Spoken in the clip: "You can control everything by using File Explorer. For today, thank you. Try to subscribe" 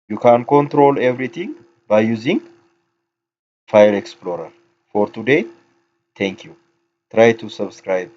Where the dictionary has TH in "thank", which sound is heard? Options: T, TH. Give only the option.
T